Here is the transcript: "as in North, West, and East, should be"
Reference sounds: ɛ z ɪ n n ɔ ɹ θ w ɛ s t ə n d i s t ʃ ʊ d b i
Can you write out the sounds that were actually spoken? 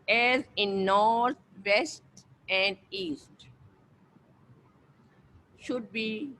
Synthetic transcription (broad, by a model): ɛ z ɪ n n ɔ ɹ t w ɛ s t ə n d i s t ʃ ʊ d b i